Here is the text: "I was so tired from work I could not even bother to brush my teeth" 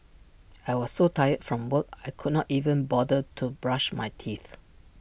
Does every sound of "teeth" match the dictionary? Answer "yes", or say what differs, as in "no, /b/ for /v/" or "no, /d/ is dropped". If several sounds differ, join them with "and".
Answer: yes